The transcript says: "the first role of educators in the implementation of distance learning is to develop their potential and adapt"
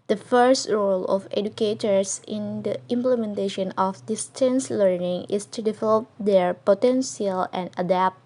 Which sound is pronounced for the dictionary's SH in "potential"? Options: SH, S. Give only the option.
S